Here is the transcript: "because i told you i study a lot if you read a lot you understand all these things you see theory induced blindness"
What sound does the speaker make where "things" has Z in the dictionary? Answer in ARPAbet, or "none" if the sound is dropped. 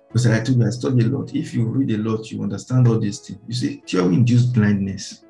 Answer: none